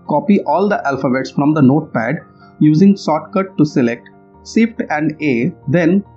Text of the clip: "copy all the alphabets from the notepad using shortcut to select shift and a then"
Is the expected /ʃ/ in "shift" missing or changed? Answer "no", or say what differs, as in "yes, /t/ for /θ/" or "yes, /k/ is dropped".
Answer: yes, /s/ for /ʃ/